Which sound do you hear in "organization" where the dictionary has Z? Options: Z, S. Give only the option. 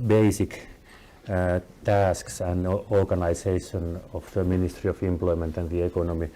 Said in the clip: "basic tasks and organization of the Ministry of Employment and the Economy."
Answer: S